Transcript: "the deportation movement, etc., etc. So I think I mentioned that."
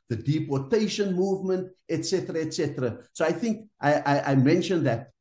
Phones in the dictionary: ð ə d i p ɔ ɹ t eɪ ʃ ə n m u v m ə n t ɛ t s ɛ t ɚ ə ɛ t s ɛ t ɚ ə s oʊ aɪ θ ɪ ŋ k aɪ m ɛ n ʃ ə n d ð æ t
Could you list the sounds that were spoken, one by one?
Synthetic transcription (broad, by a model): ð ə d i p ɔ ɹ t eɪ ʃ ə n m u v m ə n t ɛ t s ɛ t ɚ ə ɛ t s ɛ t ɚ ə s oʊ aɪ θ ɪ ŋ k aɪ m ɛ n ʃ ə n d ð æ t